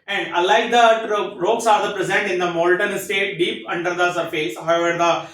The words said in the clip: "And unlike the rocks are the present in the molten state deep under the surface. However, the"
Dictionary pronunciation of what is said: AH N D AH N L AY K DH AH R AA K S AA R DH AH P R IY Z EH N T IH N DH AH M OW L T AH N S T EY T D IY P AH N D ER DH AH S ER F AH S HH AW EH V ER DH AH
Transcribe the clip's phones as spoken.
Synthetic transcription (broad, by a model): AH N D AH L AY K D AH R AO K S AA R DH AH P R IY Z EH N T IH N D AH M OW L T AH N S T EY T D IY P AH N D ER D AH S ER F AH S HH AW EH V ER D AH